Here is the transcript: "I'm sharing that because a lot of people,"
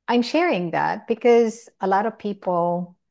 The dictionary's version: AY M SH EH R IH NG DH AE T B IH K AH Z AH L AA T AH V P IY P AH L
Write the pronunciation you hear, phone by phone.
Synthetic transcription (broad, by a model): AY M SH EH R IH NG DH AE T B IH K AH Z AH L AA T AH V P IY P L